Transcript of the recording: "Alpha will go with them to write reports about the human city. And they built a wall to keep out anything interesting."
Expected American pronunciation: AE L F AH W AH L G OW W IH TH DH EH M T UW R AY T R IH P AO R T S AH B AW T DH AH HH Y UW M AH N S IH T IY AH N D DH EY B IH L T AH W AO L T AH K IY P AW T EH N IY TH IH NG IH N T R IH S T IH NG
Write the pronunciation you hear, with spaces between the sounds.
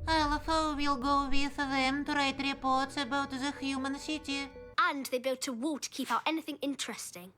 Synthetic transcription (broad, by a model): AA L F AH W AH L G OW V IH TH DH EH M T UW R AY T R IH P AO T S AH B AW T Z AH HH Y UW M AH N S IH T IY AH N DH EY B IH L T AH W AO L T K IY P AW T EH N IY TH IH NG IH N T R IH S T IH NG